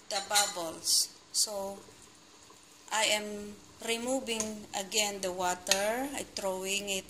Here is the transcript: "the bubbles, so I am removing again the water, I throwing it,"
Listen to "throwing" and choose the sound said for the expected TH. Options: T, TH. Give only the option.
T